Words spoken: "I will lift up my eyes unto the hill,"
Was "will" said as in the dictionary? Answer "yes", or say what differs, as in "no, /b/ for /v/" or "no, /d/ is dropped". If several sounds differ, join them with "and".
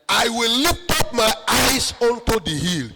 yes